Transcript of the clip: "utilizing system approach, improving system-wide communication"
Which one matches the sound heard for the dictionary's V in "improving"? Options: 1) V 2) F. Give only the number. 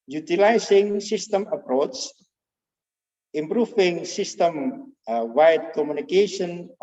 2